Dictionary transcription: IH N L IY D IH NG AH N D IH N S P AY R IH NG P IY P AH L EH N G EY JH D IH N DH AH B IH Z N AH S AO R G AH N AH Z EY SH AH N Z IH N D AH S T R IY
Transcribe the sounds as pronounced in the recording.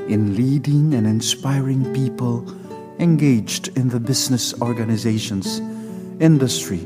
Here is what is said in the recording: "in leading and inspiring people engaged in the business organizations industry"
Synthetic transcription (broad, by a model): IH N L IY D IH NG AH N IH N S P AY R IH NG P IY P AH L EH N G EY JH D IH N DH AH B IH Z N AH S AO R G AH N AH Z EY SH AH N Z IH N D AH S T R IY